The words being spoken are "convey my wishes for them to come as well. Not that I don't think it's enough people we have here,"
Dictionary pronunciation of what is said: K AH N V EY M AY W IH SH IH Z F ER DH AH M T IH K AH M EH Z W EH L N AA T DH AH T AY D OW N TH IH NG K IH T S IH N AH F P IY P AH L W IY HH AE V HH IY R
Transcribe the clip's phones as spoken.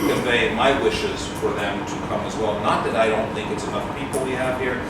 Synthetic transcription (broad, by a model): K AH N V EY M AY W IH SH IH Z F ER DH AH M T IH K AH M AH Z W EH L N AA T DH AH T AY D OW N TH IH NG K IH T S IH N AH F P IY P L W IY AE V HH IY R